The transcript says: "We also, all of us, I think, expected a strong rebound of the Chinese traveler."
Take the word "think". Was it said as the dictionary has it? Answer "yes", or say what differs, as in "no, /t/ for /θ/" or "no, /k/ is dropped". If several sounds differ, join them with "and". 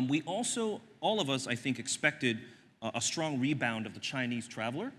yes